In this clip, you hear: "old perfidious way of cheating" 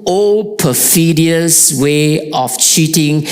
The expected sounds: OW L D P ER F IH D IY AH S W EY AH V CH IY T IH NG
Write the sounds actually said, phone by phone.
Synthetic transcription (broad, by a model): OW L P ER F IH D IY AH S W EY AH F CH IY T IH NG